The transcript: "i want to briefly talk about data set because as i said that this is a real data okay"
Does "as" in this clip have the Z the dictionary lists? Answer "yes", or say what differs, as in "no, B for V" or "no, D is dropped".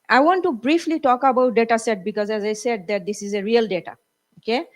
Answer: yes